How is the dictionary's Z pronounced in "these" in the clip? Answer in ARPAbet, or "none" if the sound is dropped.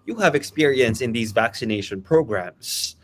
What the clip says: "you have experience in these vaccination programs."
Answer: Z